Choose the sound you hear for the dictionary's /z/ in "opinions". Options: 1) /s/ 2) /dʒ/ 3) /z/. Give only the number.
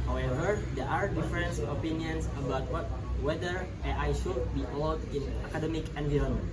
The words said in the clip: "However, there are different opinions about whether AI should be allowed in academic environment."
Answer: 1